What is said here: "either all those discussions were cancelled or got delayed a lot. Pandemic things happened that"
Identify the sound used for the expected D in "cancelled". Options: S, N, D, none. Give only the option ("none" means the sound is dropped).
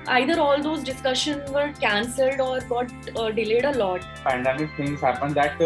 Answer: D